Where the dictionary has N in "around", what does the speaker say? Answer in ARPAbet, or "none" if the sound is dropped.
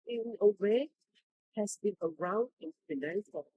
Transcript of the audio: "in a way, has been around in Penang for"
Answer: N